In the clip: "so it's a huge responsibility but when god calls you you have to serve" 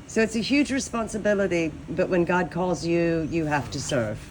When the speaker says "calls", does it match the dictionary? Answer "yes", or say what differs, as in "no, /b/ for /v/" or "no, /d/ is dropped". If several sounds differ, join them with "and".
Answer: yes